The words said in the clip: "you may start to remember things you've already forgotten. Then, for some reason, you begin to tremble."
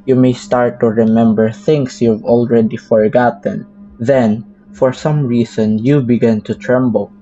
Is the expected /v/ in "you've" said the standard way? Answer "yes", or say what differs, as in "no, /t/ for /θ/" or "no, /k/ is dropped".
yes